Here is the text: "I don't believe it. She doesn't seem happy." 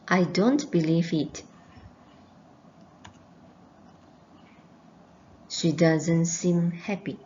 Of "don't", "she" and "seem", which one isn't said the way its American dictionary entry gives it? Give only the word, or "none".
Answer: none